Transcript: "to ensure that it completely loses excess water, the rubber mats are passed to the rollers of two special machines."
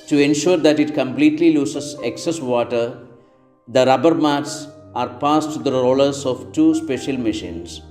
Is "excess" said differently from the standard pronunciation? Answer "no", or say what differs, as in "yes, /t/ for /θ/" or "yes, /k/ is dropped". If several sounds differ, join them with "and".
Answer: no